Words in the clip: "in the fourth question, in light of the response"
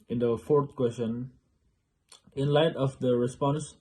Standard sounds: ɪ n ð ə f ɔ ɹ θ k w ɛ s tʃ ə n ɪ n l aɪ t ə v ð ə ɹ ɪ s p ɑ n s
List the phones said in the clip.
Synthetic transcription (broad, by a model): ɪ n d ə f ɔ ɹ t k w ɛ s tʃ ə n ɪ n l aɪ t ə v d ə ɹ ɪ s p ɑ n s